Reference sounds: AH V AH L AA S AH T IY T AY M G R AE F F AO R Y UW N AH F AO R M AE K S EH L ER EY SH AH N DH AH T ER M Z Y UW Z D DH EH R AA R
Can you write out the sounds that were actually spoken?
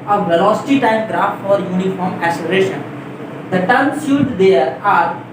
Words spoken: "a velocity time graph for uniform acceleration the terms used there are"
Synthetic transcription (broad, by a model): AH V AH L AA S AH T IY T AY M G R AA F F AO R Y UW N AH F AO R M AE S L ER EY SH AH N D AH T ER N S Y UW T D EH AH R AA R